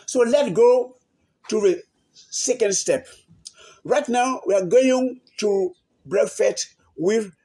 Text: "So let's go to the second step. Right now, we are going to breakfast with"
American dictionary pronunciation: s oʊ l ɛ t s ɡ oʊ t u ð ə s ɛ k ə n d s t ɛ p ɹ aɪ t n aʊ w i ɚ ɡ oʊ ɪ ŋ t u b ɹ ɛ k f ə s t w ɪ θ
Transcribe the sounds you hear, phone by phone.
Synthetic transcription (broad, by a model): s oʊ l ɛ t ɡ oʊ t u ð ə s ɛ k ə n d s t ɛ p ɹ aɪ t n aʊ w i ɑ ɡ oʊ ɪ ŋ t u b ɹ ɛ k f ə t w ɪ